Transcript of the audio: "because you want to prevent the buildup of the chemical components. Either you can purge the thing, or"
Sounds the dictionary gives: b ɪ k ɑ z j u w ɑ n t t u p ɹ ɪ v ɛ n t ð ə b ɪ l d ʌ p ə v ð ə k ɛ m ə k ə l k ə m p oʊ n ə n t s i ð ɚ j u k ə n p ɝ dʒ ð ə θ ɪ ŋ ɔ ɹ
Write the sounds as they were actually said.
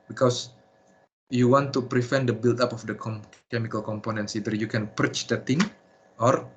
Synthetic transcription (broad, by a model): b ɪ k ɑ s j u w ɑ n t t u p ɹ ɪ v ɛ n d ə b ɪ l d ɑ p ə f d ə k ɛ m ə k ə l k ə m p oʊ n ə n t s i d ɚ j u k ə n p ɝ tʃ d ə t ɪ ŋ ɔ ɹ